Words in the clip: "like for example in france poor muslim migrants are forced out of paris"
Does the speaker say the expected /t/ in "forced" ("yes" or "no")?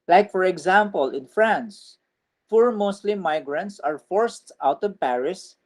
yes